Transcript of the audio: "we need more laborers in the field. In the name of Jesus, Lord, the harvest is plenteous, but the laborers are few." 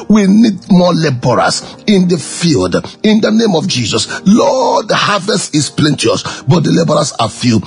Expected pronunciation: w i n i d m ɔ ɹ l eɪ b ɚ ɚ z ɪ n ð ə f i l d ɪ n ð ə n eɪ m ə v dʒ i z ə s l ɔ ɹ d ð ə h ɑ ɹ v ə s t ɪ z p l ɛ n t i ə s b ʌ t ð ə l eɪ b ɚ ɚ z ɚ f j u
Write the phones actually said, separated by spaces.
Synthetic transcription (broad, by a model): w i n i d m ɔ l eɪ b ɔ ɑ s ɪ n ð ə f i l d ɪ n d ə n eɪ m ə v dʒ i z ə s l ɔ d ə h ɑ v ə s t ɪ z p l ɛ n t i ə s b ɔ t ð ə l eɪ b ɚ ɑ s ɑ f j u